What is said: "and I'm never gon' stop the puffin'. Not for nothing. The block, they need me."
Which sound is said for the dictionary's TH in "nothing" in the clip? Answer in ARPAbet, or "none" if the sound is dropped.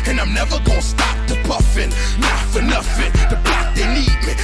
F